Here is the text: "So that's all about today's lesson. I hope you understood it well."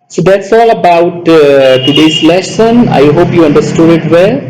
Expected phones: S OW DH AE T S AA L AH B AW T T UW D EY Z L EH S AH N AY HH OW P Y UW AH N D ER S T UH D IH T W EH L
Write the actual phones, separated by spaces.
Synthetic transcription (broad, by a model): S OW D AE T S AA L AH B AW T T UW D EY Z L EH SH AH N AY HH OW P Y UW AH N D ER S T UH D IH T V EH L